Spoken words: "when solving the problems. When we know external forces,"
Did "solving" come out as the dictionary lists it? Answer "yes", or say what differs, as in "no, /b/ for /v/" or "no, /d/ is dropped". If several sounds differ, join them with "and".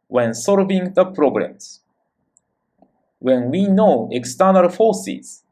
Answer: yes